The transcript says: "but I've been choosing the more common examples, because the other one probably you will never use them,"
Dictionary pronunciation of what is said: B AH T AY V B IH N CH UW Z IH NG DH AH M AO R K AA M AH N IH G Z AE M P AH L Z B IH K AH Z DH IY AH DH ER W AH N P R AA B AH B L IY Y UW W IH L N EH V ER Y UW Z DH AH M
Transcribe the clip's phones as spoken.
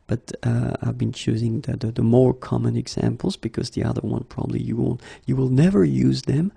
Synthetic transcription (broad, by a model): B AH T AY V B IH N CH UW Z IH NG DH AH M AO R K AA M AH N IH G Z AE M P L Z B IH K AH Z DH IY AH DH ER W AH N P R AA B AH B L IY Y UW W IH L N EH V ER Y UW Z DH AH M